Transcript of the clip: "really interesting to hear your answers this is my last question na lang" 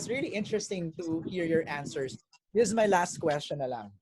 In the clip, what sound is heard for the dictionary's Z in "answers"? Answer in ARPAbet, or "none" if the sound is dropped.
S